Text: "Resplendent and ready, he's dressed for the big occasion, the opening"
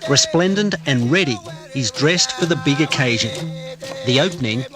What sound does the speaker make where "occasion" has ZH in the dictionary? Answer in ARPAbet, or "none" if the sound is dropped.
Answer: ZH